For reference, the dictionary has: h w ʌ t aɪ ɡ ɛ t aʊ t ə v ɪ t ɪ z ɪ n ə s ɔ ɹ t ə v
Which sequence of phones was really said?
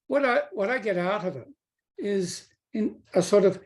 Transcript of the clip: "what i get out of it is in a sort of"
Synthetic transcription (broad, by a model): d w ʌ t aɪ ɡ ɛ t aʊ t ə v ɪ t ɪ z ɪ n ə s ɔ ɹ t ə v